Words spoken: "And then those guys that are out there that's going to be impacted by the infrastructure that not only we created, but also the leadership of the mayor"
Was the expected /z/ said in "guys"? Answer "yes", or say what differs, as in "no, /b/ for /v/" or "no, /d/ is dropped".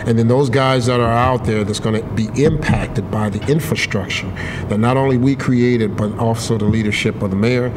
yes